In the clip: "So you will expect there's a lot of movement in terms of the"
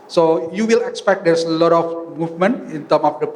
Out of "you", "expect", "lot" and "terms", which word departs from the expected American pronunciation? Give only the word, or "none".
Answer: terms